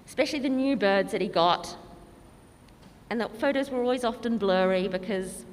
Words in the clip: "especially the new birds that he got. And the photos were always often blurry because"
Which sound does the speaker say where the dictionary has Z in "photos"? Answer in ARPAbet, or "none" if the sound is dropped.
Z